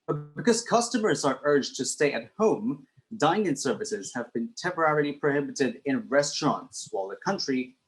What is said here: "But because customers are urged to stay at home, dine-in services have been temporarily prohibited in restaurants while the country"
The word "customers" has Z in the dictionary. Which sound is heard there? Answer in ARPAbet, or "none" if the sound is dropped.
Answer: Z